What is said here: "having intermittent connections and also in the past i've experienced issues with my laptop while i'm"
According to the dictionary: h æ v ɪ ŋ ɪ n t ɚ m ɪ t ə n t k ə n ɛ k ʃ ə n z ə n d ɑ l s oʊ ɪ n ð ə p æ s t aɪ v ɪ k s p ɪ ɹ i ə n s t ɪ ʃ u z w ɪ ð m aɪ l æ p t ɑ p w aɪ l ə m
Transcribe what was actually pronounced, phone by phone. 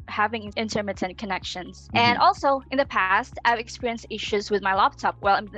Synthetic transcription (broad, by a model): h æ v ɪ ŋ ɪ n t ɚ m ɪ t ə n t k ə n ɛ k ʃ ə n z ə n ɑ l s oʊ ɪ n ð ə p æ s t aɪ v ɪ k s p ɪ ɹ i ə n s t ɪ ʃ u z w ɪ ð m aɪ l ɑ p t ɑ p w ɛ l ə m